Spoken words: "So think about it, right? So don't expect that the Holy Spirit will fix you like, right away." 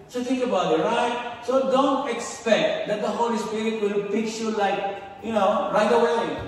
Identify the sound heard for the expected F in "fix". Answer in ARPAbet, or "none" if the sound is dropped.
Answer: P